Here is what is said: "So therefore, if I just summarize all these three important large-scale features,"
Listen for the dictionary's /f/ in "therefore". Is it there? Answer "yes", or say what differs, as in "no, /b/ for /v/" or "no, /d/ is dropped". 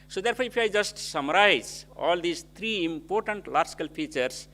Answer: no, /p/ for /f/